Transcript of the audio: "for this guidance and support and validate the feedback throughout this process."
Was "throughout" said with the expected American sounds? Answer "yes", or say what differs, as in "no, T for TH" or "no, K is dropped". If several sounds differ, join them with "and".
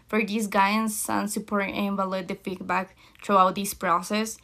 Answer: no, T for TH